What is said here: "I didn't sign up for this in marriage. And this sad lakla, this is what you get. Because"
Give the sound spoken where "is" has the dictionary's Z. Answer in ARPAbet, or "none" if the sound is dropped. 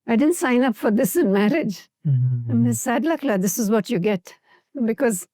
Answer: Z